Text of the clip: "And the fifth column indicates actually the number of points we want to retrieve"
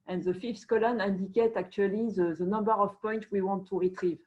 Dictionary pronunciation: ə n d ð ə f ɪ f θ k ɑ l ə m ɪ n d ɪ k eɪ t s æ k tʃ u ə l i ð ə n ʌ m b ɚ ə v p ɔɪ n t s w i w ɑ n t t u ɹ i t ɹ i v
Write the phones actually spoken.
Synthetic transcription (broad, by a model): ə n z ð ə f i f t k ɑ l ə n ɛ n d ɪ k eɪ t ɑ k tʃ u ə l i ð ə n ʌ m b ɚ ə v p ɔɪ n t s w i w ɑ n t t u ɹ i t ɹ i v